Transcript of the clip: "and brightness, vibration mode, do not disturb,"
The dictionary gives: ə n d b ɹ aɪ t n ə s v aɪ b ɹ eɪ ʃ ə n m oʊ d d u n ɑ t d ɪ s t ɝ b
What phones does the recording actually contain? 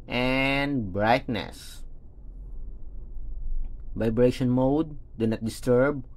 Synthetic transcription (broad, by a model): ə n d b ɹ aɪ t n ə s v aɪ b ɹ eɪ ʃ ə n m oʊ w d u n ɑ t d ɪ s t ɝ b